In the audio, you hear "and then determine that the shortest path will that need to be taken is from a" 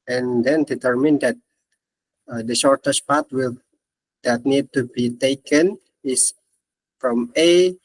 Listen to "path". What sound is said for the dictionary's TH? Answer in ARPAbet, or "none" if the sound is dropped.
T